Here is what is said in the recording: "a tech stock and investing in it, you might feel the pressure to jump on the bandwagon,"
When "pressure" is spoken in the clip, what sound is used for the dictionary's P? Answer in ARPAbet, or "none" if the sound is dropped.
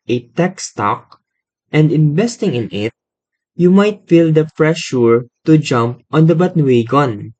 F